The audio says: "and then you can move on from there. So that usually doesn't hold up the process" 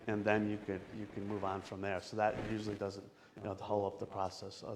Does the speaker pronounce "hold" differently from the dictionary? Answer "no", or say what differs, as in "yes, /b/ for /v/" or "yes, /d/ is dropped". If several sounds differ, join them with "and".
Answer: yes, /d/ is dropped